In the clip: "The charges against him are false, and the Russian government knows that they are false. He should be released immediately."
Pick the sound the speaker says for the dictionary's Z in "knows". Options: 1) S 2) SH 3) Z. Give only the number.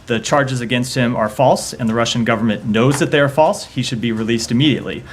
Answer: 3